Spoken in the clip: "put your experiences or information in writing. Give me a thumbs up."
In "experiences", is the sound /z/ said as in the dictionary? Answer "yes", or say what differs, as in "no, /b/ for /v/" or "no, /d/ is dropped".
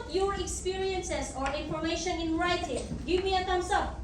no, /s/ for /z/